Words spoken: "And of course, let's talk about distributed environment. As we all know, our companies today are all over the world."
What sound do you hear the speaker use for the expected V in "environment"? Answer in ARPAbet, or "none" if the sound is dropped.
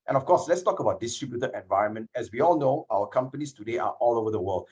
V